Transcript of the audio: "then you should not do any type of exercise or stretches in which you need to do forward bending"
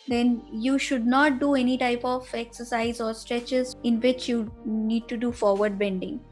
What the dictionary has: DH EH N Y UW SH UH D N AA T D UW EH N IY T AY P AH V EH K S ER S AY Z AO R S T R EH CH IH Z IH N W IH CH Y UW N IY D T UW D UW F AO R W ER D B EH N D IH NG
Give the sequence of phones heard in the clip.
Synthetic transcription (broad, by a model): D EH N Y UW SH UH D N AA T D UW EH N IY T AY P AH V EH K S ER S AY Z AO R S T R EH CH IH Z IH N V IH CH Y UW N IY D T UW D UW F AO R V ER D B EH N D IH NG